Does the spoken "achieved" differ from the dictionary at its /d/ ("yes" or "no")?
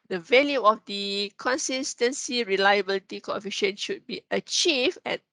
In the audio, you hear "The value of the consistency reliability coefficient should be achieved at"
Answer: yes